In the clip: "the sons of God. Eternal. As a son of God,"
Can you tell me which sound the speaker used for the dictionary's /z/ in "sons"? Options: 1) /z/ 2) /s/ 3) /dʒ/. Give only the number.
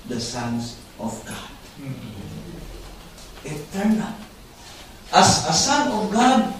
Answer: 2